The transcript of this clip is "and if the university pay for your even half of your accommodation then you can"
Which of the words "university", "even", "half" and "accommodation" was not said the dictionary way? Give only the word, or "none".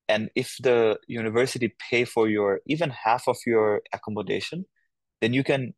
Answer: none